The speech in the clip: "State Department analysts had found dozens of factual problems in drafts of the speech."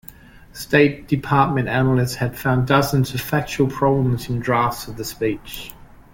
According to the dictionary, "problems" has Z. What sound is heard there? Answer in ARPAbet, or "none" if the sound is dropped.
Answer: Z